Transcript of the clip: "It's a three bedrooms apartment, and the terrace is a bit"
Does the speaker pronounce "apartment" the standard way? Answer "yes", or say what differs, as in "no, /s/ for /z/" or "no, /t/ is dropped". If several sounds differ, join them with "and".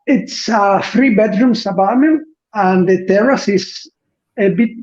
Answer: no, /b/ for /p/ and /t/ is dropped